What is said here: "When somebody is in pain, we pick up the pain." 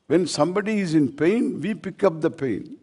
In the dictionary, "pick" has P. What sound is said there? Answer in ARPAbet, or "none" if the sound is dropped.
P